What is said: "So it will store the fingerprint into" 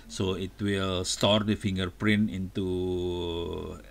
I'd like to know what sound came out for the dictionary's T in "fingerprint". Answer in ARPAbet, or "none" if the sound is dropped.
none